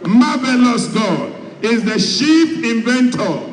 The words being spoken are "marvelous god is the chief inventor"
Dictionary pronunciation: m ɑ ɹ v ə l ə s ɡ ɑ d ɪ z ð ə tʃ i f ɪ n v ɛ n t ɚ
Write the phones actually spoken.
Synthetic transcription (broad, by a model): m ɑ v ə l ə s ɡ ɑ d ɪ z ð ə ʃ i p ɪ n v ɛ n t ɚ